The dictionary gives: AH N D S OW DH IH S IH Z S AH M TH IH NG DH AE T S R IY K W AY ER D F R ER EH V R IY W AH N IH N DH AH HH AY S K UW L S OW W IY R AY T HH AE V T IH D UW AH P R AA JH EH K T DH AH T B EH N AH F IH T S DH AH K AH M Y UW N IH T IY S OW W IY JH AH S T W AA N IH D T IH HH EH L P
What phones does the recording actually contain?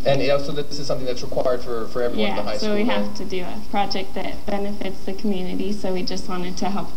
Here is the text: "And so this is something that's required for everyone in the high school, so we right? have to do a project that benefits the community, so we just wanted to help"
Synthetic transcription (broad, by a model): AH N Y S OW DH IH S IH Z S AH M TH IH NG DH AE T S R IY K W AY ER D F R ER EH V R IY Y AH IH DH AH HH AY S S OW W IY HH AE F T IH D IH AH P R AA JH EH K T DH AH T B EH N AH F IH T S DH AH K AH M Y UW N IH T IY S OW W IY JH AH S T W AA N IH D T IH HH EH L P